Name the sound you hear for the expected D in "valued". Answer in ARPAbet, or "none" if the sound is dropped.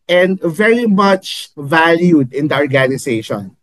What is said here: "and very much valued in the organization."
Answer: D